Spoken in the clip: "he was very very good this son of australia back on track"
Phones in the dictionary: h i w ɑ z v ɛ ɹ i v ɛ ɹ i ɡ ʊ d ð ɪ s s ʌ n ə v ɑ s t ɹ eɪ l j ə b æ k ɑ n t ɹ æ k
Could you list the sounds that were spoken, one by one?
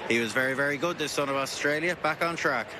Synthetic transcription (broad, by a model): h i w ɑ z v ɛ ɹ i v ɛ ɹ i ɡ ʊ d ð ɪ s s ʌ n ə v ɑ s t ɹ eɪ l j ə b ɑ k n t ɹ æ k